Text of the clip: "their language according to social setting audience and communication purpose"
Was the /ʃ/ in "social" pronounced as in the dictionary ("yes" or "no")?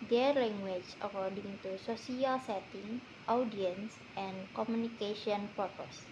no